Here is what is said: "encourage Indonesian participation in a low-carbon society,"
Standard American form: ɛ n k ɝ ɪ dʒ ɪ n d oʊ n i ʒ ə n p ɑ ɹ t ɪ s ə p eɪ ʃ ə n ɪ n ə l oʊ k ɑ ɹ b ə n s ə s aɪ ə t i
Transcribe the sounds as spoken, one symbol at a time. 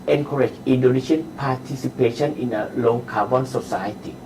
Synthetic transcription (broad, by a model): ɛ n k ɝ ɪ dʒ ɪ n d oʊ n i ʃ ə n p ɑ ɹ t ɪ s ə p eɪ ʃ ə n ɪ n ə l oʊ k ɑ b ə n s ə s aɪ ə t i